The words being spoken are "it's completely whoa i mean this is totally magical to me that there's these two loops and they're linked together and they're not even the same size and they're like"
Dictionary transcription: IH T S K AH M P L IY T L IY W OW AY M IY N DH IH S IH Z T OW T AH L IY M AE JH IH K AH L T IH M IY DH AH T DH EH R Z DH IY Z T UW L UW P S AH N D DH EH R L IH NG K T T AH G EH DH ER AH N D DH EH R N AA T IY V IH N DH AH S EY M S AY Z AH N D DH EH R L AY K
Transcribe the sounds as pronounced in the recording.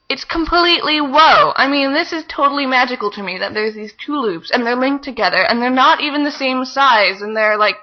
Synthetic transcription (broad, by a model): IH T S K AH M P L IY T L IY W OW AY M IY N DH IH S IH Z T OW T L IY M AE JH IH K L T IH M IY DH AH T DH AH R Z DH IY Z T UW L UW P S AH N DH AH R L IH NG K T T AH G EH DH ER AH N DH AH R N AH T IY V IH N DH AH S EY M S AY Z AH N DH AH R L AY K